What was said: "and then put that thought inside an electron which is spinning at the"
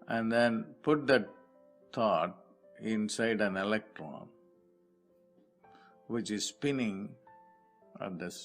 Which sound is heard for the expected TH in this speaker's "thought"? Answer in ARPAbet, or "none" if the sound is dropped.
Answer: T